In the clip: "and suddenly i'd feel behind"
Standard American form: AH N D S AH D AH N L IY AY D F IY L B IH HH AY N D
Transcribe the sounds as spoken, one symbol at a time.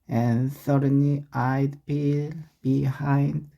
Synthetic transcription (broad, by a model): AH N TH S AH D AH N IY AY D P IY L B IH HH AY N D